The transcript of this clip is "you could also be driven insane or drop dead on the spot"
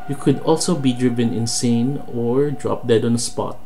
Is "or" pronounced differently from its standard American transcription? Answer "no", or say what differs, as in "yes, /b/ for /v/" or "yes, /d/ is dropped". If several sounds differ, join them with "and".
no